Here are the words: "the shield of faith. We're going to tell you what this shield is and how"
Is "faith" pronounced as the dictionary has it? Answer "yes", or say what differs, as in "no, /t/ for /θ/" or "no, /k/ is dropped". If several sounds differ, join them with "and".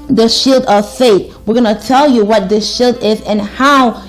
no, /t/ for /θ/